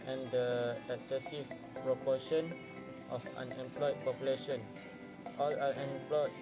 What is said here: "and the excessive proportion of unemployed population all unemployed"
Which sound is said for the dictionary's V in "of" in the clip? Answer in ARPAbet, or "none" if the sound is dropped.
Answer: F